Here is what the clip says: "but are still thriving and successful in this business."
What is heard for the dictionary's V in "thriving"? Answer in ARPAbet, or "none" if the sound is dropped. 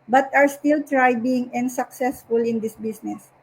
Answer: B